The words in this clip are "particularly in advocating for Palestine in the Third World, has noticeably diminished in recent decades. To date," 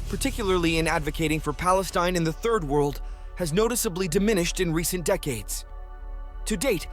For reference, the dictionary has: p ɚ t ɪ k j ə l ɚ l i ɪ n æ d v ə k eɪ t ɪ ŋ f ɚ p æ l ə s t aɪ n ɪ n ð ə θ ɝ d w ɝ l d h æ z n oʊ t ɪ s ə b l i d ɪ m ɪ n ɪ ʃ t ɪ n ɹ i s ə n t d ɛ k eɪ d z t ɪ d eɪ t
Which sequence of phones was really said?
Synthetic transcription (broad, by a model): p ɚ t ɪ k j l ɚ l i ɪ n æ d v ə k eɪ t ɪ ŋ f ɚ p æ l ə s t aɪ n ɪ n ð ə θ ɝ d w ɝ l d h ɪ z n oʊ t ɪ s ə b l i d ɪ m ɪ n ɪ ʃ t ɪ n ɹ i s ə n d ɛ k eɪ d z t ɪ d eɪ t